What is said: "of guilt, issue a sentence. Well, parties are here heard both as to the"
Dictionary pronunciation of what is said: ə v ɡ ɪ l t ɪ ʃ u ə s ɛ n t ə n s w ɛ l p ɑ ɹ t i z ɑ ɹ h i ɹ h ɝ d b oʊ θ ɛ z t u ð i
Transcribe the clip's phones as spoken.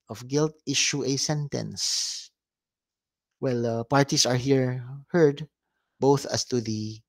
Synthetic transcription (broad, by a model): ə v ɡ ɪ l t ɪ ʃ u ə s ɛ n t ə n s w ɛ l p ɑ ɹ t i s ɑ ɹ h i ɹ h ɝ d b oʊ θ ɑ s t u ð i